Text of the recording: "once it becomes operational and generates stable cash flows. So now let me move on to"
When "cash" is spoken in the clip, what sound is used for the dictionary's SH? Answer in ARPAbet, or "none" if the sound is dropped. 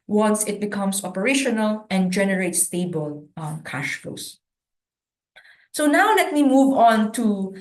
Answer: SH